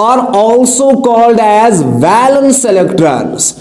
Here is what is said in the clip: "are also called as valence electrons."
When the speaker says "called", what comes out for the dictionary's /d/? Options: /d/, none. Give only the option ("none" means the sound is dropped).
/d/